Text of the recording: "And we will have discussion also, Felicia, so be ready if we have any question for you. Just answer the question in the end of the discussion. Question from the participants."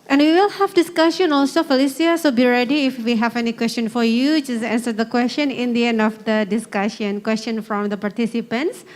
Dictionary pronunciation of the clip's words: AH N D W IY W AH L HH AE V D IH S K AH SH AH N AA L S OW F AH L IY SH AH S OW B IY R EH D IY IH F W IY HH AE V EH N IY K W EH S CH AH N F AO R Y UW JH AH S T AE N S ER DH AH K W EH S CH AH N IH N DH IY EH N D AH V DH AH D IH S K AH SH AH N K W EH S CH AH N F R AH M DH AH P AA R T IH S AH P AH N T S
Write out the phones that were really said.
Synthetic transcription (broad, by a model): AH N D W IY W AH L HH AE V D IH S K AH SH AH N AA L S OW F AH L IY S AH S OW B IY R EH D IY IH F W IY HH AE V EH N IY K W EH S CH AH N F AO R Y UW JH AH S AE N S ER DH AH K W EH S CH AH N IH N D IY EH N D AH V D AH D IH S K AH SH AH N K W EH S CH AH N F R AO M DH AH P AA R T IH S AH P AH N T S